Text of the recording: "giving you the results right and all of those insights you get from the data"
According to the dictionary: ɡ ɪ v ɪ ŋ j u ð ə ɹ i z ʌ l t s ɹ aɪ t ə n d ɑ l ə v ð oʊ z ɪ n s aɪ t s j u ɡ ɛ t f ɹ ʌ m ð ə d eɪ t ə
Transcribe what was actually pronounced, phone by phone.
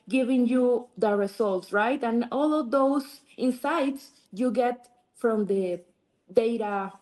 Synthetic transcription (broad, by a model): ɡ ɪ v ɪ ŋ j u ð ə ɹ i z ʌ l t s ɹ aɪ t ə n ɑ l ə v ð oʊ s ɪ n s aɪ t s j u ɡ ɛ t f ɹ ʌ m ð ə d eɪ t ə